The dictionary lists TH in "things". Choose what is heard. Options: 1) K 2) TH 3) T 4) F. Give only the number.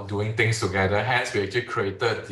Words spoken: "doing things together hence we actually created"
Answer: 3